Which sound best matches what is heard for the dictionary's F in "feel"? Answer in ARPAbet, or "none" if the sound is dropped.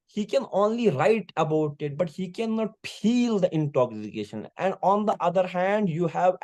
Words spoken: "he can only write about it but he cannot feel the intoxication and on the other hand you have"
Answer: P